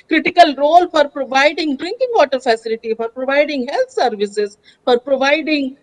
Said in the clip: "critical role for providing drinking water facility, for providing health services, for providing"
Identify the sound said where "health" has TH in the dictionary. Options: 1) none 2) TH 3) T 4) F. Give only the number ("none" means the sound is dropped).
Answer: 3